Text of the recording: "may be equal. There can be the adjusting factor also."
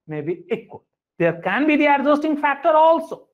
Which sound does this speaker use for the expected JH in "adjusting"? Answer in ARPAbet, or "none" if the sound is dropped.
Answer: Z